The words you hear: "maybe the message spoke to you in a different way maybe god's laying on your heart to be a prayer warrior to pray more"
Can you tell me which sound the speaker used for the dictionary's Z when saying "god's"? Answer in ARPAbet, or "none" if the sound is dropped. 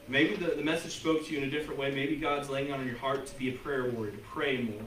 Z